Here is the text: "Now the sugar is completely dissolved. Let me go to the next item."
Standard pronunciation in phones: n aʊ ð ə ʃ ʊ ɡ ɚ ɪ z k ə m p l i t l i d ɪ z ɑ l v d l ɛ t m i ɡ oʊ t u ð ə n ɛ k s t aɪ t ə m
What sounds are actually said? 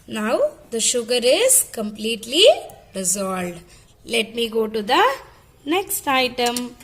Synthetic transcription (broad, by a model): n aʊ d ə ʃ ʊ ɡ ɚ ɪ z k ə m p l i t l i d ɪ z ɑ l d l ɛ t m i ɡ oʊ t u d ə n ɛ k s t aɪ t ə m